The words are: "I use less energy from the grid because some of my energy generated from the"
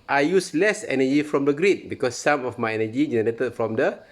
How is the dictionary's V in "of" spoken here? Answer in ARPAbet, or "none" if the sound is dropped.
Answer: F